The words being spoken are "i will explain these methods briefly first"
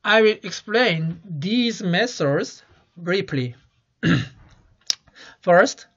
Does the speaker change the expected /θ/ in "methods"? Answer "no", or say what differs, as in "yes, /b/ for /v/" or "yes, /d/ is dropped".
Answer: yes, /s/ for /θ/